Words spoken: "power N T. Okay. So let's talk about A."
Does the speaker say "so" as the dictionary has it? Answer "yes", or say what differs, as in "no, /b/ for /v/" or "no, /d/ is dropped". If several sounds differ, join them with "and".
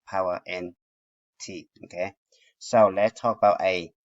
yes